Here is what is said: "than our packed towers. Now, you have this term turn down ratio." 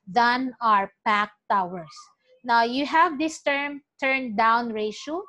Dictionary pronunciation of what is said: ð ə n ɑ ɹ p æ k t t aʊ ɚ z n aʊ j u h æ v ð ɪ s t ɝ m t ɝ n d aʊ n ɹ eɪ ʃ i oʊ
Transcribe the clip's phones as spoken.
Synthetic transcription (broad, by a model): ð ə n ɑ ɹ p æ k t t aʊ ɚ s n aʊ j u h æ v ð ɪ s t ɝ m t ɝ n d aʊ n ɹ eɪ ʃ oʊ